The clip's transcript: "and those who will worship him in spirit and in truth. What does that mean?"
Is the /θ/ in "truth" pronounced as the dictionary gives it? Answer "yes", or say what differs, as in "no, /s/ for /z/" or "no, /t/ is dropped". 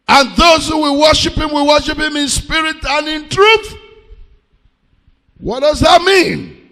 yes